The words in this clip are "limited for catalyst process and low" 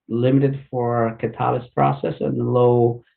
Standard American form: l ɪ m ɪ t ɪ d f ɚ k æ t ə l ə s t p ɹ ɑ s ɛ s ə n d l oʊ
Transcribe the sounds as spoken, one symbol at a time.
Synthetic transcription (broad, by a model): l ɪ m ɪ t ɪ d f ɚ k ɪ t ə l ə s p ɹ ɑ s ɛ s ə n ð l oʊ